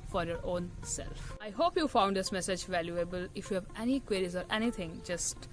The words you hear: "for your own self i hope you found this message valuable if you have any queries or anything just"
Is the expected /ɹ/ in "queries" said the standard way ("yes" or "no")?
yes